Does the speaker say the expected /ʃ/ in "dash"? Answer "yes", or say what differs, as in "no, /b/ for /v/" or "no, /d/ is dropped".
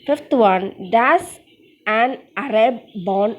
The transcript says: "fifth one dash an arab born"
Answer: no, /s/ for /ʃ/